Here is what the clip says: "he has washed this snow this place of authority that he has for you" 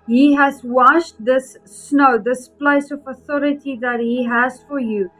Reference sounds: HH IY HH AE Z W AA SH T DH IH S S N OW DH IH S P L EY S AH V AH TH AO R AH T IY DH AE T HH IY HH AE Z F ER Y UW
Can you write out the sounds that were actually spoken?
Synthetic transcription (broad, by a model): HH IY HH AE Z W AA SH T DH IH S S N OW DH IH S P L EY S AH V AH TH AO R AH T IY DH AE T HH IY HH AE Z F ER Y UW